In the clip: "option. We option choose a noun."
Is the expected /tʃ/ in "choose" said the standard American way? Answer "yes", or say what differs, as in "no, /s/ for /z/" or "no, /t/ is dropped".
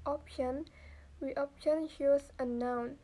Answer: no, /ʃ/ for /tʃ/